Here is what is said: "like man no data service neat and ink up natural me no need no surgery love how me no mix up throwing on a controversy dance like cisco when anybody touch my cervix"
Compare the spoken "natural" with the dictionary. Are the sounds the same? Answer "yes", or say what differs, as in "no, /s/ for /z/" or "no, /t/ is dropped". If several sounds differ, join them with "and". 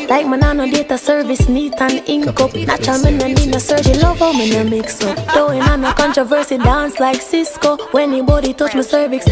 no, /ɹ/ is dropped